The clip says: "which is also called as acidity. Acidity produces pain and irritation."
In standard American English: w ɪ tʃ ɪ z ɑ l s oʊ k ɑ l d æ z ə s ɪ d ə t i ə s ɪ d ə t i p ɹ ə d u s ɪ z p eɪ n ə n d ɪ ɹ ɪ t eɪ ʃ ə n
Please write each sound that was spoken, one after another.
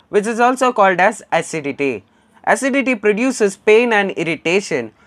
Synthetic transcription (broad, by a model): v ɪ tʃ ɪ z ɑ l s oʊ k ɑ l d æ z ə s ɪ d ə t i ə s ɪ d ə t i p ɹ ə d u s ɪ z p eɪ n ə n d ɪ ɹ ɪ t eɪ ʃ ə n